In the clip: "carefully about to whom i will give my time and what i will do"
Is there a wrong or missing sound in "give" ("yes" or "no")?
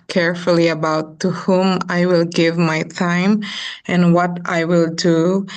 no